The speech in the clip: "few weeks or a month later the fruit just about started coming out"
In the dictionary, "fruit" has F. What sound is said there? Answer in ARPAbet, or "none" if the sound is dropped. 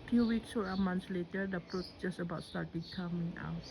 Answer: P